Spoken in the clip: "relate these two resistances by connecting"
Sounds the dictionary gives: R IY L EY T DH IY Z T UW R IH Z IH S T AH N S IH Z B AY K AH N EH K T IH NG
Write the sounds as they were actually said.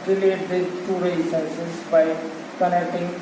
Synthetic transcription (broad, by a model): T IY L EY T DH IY T UW R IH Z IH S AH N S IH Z B AY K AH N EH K T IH NG